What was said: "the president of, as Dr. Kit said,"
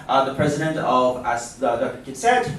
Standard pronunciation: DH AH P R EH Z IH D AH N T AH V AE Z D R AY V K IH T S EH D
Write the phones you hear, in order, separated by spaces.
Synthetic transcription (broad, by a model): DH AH P R EH Z IH D AH N T AH V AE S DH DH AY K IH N S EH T